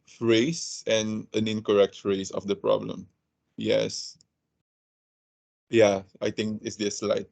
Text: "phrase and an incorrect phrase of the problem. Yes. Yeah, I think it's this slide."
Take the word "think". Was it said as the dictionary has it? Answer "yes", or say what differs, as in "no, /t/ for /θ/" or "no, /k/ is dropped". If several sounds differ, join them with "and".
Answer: no, /t/ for /θ/